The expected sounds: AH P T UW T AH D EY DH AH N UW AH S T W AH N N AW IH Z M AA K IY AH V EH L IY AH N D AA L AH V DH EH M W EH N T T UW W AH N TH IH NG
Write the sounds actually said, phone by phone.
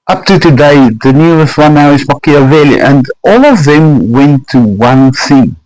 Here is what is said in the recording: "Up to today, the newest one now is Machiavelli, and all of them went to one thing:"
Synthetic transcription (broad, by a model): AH P T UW T AH D EY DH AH N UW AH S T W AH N N AW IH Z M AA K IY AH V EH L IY AH N D AA L AH V DH EH M W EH N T T UW W AH N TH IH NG